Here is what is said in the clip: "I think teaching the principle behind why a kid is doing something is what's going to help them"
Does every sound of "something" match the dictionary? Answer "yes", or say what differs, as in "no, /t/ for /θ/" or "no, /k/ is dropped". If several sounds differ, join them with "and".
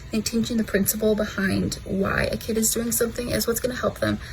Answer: yes